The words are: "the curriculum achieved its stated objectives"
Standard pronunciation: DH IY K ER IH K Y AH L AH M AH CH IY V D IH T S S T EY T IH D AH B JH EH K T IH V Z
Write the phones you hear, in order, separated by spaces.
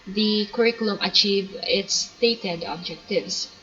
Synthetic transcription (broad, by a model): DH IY K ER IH K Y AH L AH M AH CH IY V IH T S S T EY T IH D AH B JH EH K T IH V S